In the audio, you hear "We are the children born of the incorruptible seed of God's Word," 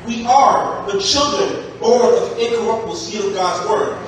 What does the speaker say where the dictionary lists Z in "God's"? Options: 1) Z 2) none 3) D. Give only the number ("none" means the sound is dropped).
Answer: 1